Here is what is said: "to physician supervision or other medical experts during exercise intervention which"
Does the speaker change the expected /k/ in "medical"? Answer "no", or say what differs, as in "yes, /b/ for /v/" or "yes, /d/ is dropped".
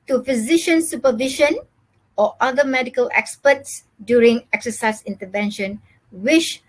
no